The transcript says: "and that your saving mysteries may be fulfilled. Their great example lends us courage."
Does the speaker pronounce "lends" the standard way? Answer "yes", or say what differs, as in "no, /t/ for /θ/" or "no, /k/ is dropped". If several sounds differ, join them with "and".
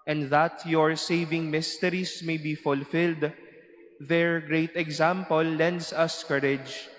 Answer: no, /s/ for /z/